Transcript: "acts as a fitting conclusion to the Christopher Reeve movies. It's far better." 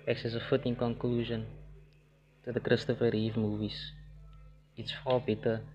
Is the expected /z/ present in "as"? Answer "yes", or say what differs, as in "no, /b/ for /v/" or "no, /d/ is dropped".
no, /s/ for /z/